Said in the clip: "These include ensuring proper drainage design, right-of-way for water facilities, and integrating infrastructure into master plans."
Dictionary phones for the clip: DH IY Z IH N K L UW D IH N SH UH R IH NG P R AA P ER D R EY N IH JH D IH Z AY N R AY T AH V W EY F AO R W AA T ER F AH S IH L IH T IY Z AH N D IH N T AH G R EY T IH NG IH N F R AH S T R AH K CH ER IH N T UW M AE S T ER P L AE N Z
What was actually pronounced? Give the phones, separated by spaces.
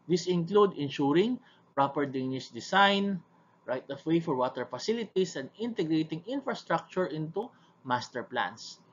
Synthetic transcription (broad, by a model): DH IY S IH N K L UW D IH N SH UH R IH NG P R AA P ER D EY N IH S D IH S AY N R AY T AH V W EY F AO R W AA T ER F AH S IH L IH T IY S AH N D IH N T AH G R EY T IH NG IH N F R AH S T R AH K CH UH IH N T UW M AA S T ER P L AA N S